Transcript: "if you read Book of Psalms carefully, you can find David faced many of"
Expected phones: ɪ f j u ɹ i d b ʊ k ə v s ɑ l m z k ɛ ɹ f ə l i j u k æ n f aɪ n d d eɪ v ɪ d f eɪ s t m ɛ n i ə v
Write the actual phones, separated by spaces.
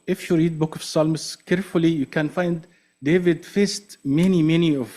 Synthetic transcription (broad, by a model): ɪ f j u ɹ i d b ʊ k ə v s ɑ l m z k ɛ ɹ f ə l i j u k æ n f aɪ n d d eɪ v ɪ d f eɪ s t m ɛ n i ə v